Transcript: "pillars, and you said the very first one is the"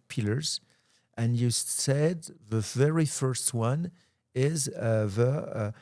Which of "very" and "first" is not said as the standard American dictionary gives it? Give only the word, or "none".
none